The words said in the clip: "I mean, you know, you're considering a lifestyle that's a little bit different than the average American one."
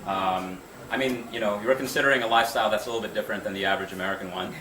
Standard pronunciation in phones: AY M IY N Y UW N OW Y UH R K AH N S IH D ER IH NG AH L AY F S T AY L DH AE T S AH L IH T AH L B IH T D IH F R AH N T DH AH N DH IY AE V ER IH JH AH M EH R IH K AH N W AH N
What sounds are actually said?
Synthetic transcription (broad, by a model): AY M IY N Y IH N OW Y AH R K N S IH D ER IH NG AH L AY F S T AY L DH AE T S AH L IH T L B IH T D IH F R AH N DH AH N DH IY AE V ER IH JH AH M EH R IH K AH N W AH N